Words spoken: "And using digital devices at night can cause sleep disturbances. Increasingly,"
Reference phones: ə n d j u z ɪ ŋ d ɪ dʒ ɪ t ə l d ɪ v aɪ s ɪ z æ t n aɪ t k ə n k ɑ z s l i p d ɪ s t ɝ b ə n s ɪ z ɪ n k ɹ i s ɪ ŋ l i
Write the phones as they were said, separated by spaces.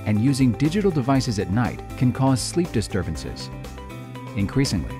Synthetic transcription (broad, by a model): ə n j u z ɪ ŋ d ɪ dʒ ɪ t l d ɪ v aɪ s ɪ z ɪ t n aɪ t k ə n k ɑ z s l i p d ɪ s t ɝ b ə n s ɪ z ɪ n k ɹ i s ɪ ŋ l i